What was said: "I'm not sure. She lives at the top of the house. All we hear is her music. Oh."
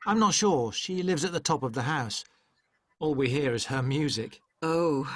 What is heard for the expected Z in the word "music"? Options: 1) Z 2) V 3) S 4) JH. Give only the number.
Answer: 1